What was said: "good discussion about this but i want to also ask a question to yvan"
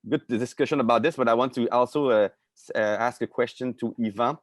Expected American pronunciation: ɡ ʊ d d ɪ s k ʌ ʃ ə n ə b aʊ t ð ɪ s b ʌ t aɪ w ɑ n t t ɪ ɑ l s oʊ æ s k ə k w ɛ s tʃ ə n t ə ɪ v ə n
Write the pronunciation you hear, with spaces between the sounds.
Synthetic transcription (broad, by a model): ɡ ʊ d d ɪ s k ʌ ʃ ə n ə b aʊ t ð ɪ s b ʌ t aɪ w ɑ n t t ɪ ɑ l s oʊ æ s k ə k w ɛ s tʃ ə n t ə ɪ v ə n